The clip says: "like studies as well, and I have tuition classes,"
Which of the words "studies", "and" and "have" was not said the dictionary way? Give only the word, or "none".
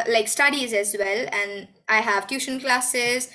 none